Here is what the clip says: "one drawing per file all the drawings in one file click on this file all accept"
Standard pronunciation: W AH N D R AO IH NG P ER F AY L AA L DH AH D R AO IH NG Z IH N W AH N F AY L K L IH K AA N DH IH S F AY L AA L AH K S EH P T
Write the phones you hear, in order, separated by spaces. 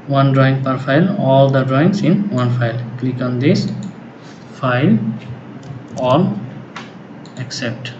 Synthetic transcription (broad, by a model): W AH N D R AO IH NG P ER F AY L AA L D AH D R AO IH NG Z IH N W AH N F AY L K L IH K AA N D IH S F AY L AA L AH K S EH P T